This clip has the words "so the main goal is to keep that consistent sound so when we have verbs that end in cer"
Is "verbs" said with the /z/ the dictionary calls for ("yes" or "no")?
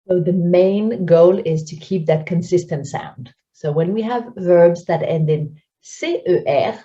yes